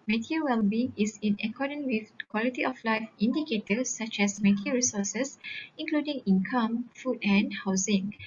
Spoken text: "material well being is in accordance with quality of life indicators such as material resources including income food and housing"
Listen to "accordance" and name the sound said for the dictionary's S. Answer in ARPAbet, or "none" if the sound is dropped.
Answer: none